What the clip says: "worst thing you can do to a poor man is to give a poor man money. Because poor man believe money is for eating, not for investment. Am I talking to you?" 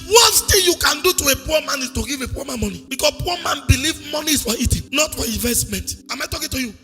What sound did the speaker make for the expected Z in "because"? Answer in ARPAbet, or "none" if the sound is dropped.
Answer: S